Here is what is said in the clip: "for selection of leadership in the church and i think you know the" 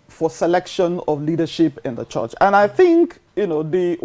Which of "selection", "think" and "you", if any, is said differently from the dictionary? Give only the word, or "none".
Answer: none